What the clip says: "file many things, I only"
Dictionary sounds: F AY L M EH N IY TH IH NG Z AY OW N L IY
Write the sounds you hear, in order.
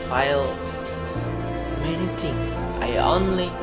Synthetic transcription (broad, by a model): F AY L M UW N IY T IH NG AY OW N L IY